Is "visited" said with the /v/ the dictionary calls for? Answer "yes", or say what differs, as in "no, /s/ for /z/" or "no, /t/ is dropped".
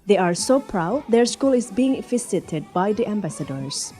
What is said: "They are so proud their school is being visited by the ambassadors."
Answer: no, /f/ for /v/